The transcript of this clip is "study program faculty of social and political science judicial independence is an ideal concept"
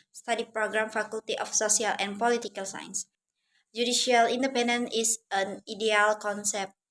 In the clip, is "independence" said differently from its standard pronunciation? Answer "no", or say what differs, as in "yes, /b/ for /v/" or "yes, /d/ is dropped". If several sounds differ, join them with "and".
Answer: yes, /s/ is dropped